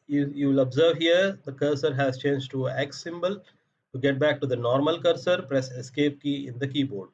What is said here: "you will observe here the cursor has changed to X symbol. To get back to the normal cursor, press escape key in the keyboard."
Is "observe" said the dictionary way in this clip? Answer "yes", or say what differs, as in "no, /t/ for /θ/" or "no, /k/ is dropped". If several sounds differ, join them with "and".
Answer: yes